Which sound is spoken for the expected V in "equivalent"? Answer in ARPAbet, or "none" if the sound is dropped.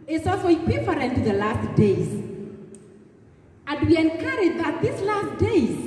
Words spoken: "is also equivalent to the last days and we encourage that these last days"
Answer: F